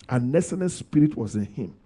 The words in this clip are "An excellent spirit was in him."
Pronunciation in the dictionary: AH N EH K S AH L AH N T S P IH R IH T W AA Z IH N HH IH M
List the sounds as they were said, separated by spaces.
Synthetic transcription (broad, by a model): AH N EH S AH N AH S S P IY R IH T W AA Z IH N HH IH M